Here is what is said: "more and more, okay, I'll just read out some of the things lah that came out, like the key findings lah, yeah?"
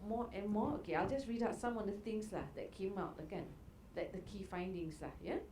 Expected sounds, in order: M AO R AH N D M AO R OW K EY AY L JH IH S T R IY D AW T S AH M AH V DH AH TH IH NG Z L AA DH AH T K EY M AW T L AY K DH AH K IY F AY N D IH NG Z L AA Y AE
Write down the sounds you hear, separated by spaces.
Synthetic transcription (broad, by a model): M AO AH N M AO OW K EY AY L JH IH S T R IY D AW T S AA M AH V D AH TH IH NG S L AA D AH T K EY M AW T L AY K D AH K IY F AY N D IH NG S L AA Y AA